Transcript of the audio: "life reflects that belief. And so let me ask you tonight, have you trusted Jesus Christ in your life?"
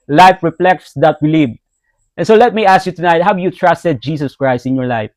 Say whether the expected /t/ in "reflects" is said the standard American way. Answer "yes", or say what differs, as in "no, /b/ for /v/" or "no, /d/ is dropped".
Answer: no, /s/ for /t/